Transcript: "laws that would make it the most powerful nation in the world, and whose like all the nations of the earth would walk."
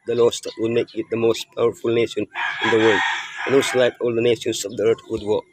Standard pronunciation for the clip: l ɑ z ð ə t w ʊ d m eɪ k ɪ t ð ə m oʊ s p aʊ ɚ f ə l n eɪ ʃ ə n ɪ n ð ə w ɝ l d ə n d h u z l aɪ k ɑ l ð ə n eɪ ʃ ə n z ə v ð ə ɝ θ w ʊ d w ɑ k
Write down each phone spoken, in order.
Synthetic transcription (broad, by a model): l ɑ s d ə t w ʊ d m eɪ k ɪ t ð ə m oʊ s p aʊ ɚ f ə l n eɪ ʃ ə n ɪ n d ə w ɝ l d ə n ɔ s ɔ l aɪ k ɑ l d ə n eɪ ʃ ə n s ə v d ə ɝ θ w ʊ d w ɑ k